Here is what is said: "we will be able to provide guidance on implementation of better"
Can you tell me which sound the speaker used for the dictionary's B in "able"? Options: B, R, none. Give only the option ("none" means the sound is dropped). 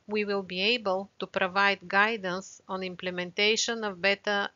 B